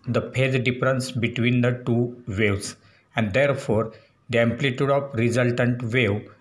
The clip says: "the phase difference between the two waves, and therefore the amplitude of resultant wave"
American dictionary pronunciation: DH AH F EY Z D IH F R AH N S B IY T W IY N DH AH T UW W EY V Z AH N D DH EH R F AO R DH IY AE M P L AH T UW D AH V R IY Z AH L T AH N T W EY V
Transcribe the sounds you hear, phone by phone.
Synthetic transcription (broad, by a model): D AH P EY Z D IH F R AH N S B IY T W IY N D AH T UW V EY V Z AH N D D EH R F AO R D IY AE M P L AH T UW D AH F R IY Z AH L T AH N T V EY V